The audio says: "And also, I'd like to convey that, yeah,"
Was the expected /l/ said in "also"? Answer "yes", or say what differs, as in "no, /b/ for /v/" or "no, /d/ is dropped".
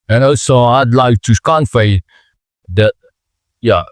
no, /l/ is dropped